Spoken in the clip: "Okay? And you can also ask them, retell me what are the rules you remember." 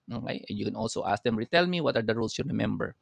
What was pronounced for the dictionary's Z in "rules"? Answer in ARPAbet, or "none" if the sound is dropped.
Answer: S